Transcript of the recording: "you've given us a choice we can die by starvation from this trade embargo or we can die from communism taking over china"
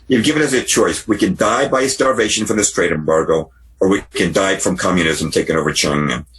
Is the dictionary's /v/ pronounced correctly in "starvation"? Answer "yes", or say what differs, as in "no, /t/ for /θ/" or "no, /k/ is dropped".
yes